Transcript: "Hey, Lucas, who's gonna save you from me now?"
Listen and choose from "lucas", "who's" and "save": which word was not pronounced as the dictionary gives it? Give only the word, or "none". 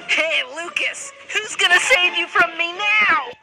none